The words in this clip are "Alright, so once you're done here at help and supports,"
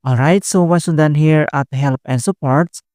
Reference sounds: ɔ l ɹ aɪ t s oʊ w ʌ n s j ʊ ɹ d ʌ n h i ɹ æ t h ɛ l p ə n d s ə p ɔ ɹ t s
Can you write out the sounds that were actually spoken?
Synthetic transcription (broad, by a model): ɔ l ɹ aɪ t s oʊ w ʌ s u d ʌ n h i ɹ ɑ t h ɛ l p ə n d s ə p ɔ ɹ t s